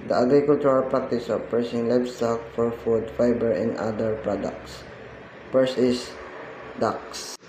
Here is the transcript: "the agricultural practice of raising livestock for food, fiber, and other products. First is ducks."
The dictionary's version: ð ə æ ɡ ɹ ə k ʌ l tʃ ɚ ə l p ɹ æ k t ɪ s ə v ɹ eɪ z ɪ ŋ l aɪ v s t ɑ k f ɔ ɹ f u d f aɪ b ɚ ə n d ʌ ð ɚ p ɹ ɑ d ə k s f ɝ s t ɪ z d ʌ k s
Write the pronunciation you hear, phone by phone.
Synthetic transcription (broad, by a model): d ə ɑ ɡ ɹ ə k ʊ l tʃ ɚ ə l p ɹ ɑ k t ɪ s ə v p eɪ s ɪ ŋ l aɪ b s t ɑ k f ɔ ɹ f u d f aɪ b ɚ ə n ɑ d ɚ p ɹ ɑ d ə k s p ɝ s ɪ s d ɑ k s